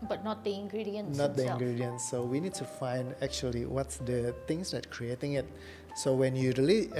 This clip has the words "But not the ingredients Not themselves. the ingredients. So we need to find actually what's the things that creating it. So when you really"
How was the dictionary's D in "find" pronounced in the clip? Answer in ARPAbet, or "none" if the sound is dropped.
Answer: D